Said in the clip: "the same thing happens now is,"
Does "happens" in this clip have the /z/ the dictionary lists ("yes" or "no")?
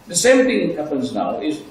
yes